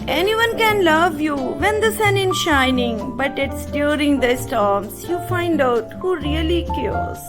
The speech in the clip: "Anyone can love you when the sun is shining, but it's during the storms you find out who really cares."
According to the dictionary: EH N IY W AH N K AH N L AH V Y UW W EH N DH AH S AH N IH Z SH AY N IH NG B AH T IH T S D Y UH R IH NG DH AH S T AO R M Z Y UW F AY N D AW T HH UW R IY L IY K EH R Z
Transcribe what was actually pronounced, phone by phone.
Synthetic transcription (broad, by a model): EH N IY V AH N K AH N L AH V Y UW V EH N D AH S AH N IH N SH AY N IH NG B AH T IH T S D Y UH R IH NG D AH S T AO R M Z Y UW F AY N D AW T HH UW R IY L IY K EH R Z